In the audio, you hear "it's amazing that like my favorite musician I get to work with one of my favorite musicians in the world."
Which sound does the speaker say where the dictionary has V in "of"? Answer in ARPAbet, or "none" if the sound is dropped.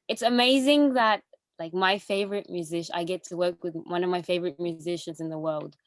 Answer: V